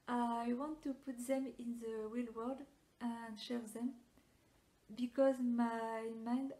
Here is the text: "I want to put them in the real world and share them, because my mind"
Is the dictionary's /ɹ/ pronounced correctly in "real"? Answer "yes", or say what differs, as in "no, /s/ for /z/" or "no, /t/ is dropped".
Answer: no, /w/ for /ɹ/